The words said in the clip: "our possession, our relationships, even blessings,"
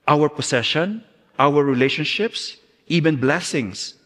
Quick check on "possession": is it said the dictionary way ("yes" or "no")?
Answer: no